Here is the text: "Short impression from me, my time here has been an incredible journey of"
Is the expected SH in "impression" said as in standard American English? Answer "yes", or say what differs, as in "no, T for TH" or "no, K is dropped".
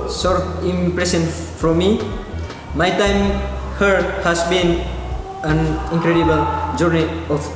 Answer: no, S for SH